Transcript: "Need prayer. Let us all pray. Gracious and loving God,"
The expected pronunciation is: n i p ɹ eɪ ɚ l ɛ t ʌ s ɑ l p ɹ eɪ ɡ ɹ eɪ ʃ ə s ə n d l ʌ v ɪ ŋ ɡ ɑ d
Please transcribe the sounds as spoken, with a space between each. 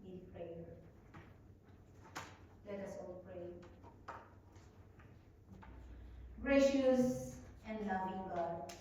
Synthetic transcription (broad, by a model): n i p ɹ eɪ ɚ l ɛ t ʌ s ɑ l p ɹ eɪ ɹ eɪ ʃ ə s ə n d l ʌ b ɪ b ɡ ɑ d